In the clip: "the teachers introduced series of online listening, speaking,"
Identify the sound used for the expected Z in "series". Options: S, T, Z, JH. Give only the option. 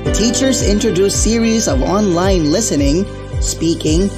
Z